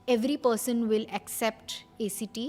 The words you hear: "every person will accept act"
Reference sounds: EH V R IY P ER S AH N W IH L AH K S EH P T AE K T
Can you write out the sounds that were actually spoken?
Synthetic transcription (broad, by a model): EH V R IY P ER S AH N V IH L AH K S EH P T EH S T